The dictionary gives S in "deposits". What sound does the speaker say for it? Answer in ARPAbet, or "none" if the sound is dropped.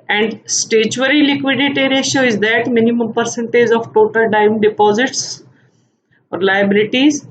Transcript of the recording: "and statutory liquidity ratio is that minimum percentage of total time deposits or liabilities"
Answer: S